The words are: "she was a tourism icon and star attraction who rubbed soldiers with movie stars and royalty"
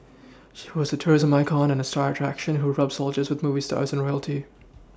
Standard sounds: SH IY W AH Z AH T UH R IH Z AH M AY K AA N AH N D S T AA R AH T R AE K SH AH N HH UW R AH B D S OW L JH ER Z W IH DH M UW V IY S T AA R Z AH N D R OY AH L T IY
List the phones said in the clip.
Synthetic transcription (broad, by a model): SH IY W AH Z AH T UH R IH Z AH M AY K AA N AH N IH S T AA R AH T R AE K SH AH N HH UW R AH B S OW L JH ER Z W IH DH M UW V IY S T AA R Z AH N R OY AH L T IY